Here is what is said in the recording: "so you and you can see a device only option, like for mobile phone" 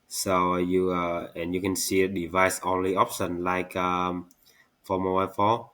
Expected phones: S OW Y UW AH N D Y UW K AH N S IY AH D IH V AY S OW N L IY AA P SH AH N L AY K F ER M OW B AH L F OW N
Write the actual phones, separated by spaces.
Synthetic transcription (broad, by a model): S OW Y UW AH N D Y UW K AH N S IY AH D IH V AY S OW N L IY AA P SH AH N L AY K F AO M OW AH F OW